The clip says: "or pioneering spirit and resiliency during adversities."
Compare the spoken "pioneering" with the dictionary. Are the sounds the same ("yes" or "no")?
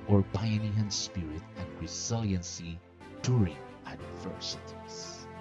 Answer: no